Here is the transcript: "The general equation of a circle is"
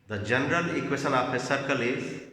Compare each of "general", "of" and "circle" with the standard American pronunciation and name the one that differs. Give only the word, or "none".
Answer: of